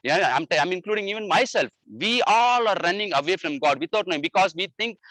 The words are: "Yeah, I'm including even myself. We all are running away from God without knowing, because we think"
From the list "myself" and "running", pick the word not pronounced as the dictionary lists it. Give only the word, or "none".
none